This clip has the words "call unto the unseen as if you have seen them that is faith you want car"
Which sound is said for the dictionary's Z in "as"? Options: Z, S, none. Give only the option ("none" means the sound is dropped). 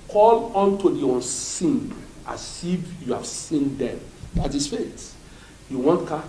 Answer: S